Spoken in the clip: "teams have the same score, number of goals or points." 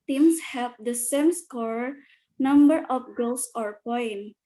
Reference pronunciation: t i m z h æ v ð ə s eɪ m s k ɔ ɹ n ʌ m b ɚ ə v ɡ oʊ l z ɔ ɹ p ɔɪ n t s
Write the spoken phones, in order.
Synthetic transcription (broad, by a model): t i m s h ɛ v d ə s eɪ m s k ɔ ɹ n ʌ m b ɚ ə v ɡ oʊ l s ɔ ɹ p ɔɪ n